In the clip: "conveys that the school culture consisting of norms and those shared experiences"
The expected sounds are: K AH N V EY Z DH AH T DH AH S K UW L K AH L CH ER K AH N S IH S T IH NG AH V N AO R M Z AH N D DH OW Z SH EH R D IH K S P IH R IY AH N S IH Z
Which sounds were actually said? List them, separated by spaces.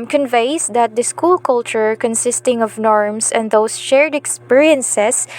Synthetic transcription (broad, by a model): K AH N V EY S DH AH T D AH S K UW L K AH L CH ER K AH N S IH S T IH NG AH V N AO R M S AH N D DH OW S SH EH R D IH K S P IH R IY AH N S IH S